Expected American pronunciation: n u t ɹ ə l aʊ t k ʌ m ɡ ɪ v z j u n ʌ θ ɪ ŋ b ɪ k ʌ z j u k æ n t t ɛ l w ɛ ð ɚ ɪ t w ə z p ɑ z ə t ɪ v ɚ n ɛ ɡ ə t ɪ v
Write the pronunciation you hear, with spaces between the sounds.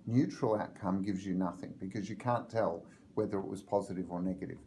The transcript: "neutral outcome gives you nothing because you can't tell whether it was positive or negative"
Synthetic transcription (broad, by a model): n u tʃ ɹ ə l aʊ t k ʌ m ɡ ɪ v z j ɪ n ʌ θ ɪ ŋ b ɪ k ʌ z j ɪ k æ n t t ɛ l w ɛ ð ɚ ɪ t w ə z p ɑ z ə t ɪ v ɚ n ɛ ɡ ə t ɪ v